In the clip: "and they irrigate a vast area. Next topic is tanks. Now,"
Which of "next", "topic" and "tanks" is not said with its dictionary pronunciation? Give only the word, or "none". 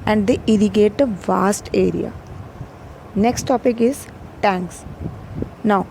none